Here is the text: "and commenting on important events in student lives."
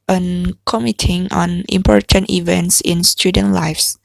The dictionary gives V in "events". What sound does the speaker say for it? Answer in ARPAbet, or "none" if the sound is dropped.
V